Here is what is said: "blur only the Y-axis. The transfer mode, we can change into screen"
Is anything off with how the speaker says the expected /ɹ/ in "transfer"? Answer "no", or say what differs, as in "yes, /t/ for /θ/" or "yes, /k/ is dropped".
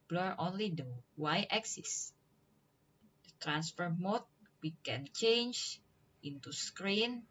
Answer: no